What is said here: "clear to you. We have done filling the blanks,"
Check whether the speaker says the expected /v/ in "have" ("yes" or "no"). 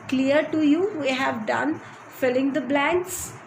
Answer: yes